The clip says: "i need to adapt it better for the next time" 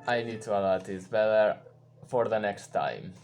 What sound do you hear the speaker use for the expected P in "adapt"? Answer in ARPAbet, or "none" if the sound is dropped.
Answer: none